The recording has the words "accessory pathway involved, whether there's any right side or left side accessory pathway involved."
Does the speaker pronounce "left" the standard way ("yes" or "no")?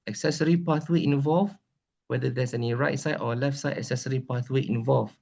yes